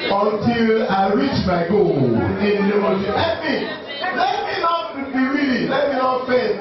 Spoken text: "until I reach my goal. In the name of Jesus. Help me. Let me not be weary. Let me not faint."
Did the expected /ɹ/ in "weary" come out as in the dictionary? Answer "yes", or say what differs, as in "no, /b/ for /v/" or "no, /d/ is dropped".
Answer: no, /l/ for /ɹ/